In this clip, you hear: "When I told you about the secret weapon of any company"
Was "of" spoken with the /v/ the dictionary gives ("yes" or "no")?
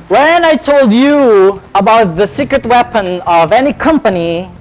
yes